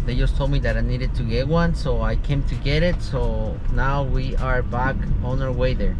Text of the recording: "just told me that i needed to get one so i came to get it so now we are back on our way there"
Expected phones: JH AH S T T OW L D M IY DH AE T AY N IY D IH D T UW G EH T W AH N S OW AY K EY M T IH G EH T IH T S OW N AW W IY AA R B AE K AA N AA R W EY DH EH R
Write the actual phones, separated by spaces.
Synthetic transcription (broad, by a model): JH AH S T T OW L M IY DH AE T AY N IY D IH D T UW G EH T W AH N S OW AY K EY M T IH G EH T IH T S OW N AW W IY AA R B AE K AA N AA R W EY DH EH R